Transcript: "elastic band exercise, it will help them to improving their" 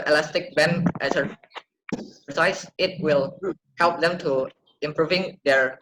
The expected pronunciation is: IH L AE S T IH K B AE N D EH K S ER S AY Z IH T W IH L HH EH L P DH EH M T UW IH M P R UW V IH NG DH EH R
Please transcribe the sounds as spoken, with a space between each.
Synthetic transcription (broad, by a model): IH L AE S T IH K B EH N EH S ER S AY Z IH T W IH L HH EH L P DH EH M T UW IH M P R UW V IH NG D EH R